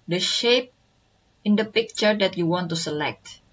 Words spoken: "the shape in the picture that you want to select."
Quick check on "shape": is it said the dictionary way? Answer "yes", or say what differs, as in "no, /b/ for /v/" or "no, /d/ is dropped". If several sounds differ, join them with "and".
yes